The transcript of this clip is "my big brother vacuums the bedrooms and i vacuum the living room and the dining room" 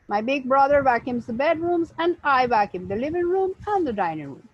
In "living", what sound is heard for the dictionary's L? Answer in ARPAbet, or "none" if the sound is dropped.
L